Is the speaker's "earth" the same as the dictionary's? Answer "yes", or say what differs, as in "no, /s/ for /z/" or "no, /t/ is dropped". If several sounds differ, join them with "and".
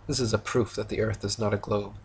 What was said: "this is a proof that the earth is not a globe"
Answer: yes